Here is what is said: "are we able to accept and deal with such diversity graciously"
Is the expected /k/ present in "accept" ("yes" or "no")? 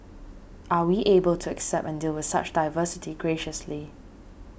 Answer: yes